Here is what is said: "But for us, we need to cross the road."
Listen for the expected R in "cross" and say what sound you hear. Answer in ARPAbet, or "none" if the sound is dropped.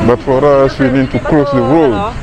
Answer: L